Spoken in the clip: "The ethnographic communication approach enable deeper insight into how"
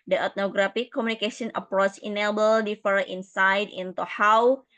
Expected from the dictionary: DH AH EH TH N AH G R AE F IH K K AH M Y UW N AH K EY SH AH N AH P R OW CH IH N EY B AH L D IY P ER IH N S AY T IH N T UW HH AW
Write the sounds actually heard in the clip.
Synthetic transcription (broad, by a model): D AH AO T N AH G R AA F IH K K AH M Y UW N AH K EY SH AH N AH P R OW S IH N EY B AH L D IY F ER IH N S AY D IH N T UW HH AW